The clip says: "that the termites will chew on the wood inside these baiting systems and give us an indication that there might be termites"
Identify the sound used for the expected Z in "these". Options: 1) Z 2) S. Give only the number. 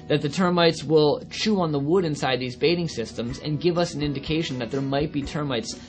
1